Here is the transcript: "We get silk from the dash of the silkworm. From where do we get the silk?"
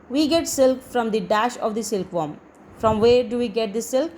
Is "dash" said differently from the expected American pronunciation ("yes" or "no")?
no